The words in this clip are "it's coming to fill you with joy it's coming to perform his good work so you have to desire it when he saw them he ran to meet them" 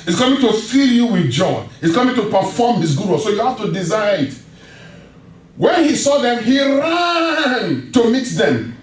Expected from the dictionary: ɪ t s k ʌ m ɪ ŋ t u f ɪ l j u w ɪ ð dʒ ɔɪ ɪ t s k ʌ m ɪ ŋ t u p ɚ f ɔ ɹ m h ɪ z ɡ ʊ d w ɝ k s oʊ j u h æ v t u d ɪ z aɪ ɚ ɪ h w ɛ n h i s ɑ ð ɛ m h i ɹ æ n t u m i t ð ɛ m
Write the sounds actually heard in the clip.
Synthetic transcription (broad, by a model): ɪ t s k ʌ m ɪ ŋ t u f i l j u w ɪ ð dʒ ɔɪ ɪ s k ʌ m ɪ ŋ t u p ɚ f ɔ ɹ m h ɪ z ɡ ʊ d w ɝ s oʊ j u h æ f t u d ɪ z aɪ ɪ ɪ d w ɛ n h i s ɑ ð ɛ m h i ɹ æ n t u m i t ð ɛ m